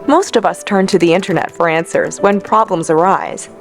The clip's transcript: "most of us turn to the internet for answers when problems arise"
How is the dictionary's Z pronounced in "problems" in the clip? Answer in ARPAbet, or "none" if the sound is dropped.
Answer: Z